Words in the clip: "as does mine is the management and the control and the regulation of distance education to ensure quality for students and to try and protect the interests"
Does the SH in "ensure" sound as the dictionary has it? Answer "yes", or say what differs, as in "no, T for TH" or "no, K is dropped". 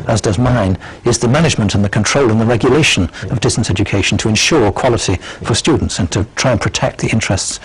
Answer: yes